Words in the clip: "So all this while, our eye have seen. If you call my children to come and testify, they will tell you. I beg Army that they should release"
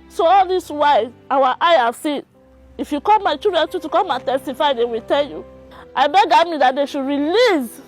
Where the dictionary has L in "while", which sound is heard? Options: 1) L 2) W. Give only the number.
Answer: 2